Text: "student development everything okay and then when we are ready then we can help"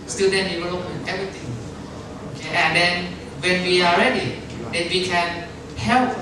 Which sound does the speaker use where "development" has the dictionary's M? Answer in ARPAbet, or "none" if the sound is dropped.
none